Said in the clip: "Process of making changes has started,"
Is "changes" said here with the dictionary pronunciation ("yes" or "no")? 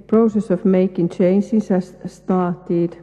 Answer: no